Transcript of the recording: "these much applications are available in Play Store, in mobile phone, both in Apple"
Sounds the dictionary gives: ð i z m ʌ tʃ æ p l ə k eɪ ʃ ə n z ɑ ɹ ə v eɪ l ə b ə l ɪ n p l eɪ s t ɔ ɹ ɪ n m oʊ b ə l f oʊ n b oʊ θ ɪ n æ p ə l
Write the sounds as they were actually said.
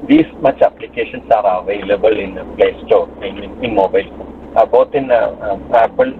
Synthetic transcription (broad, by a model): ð i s m ʌ tʃ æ p l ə k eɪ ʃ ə n s ɑ ɹ ə v eɪ l ə b ə l ɪ n p l eɪ s t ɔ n ɪ n m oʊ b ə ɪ l b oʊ t ɪ n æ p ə l